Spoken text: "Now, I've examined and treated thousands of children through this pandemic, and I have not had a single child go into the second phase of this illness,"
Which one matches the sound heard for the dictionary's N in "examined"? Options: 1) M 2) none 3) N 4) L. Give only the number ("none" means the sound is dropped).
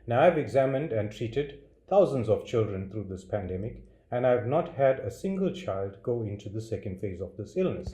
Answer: 3